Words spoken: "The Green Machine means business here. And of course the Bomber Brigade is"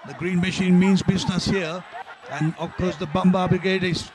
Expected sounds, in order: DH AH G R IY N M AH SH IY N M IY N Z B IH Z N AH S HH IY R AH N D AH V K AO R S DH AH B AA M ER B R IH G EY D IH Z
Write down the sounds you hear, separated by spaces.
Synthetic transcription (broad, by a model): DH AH G R IY N M AH SH IY N M IY N Z B IH Z N AH S HH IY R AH N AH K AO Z DH AH B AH M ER B R IH G EY D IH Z